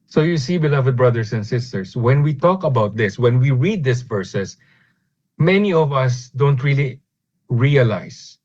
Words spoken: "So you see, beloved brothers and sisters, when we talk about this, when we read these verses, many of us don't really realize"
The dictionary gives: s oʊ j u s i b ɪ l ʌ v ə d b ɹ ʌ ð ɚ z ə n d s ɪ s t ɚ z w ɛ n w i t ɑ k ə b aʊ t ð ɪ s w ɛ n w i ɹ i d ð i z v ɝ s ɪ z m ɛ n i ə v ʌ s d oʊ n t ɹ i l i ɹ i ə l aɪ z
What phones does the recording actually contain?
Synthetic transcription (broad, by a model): s oʊ j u s i b ɪ l ʌ v ə d b ɹ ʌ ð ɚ s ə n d s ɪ s t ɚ s w ɛ n w i t ɑ k ə b aʊ t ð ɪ s w ɛ n w i ɹ i d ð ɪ s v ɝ s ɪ s m ɛ n i ə v ʌ s d oʊ n t ɹ i l i ɹ i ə l aɪ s